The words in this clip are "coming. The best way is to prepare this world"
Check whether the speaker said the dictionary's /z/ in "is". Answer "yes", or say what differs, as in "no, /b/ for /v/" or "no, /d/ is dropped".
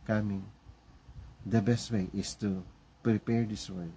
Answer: no, /s/ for /z/